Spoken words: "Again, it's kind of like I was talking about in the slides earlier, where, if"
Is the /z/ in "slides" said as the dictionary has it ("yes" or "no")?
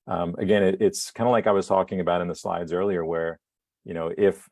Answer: yes